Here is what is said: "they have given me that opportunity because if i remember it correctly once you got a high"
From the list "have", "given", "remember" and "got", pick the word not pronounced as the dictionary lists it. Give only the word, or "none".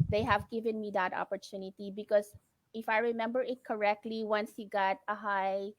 none